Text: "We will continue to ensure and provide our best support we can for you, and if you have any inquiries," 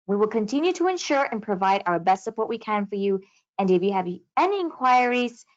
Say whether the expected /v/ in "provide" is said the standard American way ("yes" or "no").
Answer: yes